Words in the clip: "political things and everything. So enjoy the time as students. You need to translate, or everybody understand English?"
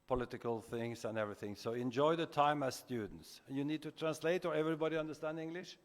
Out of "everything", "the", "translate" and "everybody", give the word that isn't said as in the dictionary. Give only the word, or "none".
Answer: none